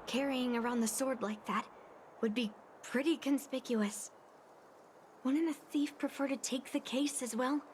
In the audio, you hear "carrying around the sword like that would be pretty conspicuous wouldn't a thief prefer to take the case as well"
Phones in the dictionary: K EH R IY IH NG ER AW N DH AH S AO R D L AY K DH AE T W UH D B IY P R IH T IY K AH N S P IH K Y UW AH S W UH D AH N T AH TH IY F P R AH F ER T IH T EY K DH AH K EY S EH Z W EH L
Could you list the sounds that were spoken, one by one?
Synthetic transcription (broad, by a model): K EH R IY IH NG ER AW N DH AH S AO R D L AY K DH AE T W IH D B IY P R IH T IY K AH N S P IH K Y UW AH S W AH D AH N AH TH IY F P R AH F ER T IH T EY K DH AH K EY S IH Z W EH L